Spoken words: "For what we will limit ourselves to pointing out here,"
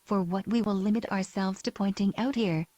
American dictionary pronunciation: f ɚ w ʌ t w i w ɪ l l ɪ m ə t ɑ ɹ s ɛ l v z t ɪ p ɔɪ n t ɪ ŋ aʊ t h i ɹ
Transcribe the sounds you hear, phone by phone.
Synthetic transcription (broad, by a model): f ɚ w ʌ t w i w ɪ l l ɪ m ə t ɑ ɹ s ɛ l v z t ɪ p ɔɪ n t ɪ ŋ aʊ t h i ɹ